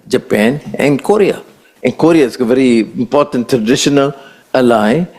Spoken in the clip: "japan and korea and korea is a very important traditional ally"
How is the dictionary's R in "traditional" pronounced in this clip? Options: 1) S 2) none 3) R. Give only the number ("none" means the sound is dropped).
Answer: 3